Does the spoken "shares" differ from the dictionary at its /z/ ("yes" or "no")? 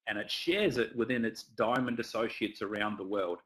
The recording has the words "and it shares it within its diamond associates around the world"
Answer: no